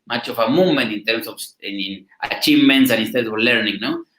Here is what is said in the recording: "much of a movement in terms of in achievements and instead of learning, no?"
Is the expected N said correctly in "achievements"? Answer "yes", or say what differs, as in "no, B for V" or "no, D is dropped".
yes